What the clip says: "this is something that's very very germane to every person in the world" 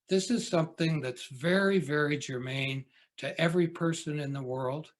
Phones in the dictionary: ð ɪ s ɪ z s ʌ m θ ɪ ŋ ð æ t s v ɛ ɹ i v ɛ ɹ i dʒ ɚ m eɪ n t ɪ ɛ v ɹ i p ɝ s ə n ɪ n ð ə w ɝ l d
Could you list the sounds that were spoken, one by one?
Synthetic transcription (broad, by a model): ð ɪ s ɪ z s ʌ m θ ɪ ŋ ð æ t s v ɛ ɹ i v ɛ ɹ i dʒ ɚ m eɪ n t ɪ ɛ v ɹ i p ɝ s ə n ɪ n ð ə w ɝ l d